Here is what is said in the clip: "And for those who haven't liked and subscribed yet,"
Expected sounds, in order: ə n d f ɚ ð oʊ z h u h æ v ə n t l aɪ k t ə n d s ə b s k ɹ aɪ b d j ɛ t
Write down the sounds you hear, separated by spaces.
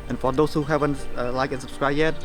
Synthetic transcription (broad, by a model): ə n f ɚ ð oʊ s h u h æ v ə n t l aɪ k ə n s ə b s k ɹ aɪ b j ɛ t